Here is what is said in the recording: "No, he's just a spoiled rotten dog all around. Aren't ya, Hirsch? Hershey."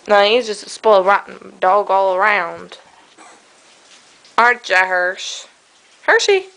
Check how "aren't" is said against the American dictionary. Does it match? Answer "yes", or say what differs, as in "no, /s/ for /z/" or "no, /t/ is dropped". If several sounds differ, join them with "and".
no, /n/ is dropped